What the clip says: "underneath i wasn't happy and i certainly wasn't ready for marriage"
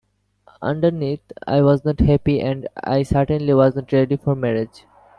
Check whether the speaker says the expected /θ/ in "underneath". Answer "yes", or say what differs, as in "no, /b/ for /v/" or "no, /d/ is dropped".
no, /t/ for /θ/